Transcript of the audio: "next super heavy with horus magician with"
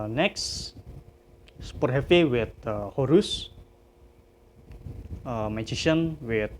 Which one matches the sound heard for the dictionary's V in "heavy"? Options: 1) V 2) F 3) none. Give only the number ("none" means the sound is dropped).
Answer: 2